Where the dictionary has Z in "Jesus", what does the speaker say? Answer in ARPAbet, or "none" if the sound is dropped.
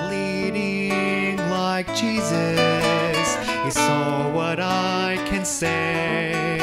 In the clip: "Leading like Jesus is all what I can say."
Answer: Z